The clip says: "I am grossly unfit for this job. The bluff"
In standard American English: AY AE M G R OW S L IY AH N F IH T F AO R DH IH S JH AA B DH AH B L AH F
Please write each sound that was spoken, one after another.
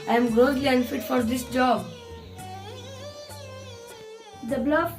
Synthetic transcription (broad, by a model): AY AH M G OW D L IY AH N F IH T F AO R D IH S JH AA B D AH B L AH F